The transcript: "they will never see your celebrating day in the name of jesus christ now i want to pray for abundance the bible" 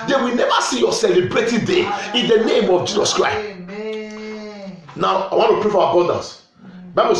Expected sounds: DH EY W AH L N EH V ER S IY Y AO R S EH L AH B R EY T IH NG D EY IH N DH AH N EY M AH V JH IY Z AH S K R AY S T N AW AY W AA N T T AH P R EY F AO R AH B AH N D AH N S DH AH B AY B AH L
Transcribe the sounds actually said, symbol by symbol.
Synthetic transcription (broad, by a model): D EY W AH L N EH V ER S IY Y AO S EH L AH B R EY T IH D EY IH N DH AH N EY M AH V JH IY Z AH S K R AY S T N AW AY W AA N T T AH P R EY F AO W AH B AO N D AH N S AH B AY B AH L